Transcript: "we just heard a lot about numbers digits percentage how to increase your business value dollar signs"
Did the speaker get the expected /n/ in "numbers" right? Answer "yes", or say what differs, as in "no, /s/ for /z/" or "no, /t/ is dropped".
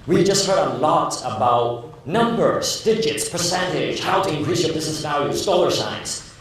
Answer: yes